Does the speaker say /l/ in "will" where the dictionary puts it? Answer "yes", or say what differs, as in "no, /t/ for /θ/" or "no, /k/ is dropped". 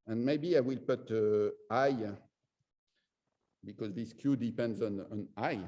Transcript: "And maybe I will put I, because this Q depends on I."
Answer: yes